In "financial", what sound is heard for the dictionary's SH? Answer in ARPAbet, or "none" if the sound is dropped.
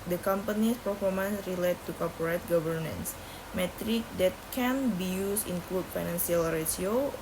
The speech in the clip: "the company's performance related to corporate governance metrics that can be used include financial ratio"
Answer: S